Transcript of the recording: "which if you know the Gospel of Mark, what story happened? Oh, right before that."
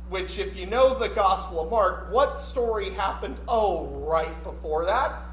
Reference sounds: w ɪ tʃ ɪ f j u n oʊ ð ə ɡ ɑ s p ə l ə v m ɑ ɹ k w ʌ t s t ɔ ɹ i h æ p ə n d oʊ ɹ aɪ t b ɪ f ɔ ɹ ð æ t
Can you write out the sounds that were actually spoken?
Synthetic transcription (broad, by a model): w ɪ tʃ ɪ f j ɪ n oʊ ð ə ɡ ɑ s p l ə v m ɑ ɹ k w ʌ t s t ɔ ɹ i h æ p ə n d oʊ ɹ aɪ t b ɪ f ɔ ɹ ð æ t